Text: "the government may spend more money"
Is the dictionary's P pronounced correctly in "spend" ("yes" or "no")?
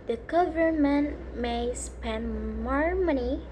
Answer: yes